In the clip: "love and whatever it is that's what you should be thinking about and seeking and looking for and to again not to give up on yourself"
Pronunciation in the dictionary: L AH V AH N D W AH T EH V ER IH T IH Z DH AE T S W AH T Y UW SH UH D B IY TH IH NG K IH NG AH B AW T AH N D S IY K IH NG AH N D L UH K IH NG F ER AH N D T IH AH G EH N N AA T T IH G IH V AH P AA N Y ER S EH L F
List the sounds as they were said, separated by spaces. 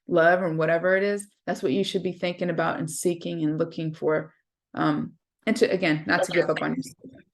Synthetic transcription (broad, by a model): L AH V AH N W AH T EH V ER IH T IH Z DH AE T S W AH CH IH SH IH D B IY TH IH NG K IH NG AH B AW T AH N S IY K IH NG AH N L UH K IH NG F ER AH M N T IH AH G EH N N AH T T IH G IH V AH P N Y ER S